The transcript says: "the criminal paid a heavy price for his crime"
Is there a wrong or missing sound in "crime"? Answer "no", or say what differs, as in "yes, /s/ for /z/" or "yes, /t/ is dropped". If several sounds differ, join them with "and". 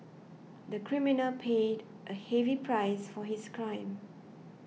no